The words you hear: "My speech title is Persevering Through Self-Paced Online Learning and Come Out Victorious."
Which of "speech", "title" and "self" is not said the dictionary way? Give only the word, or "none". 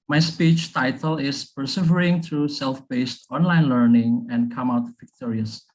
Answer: none